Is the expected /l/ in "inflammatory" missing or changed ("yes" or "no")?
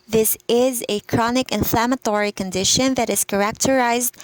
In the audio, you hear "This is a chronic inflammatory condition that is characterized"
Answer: no